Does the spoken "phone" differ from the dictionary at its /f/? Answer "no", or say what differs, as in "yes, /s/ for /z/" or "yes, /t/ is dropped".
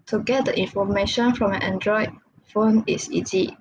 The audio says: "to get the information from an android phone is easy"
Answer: no